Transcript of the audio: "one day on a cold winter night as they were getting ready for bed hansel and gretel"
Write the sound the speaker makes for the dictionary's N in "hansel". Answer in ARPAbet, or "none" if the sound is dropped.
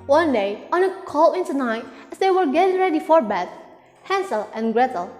N